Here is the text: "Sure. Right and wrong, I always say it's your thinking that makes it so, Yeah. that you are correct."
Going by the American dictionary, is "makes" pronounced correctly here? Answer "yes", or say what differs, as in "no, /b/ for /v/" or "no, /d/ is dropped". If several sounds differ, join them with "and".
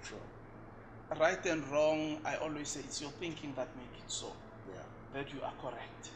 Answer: no, /s/ is dropped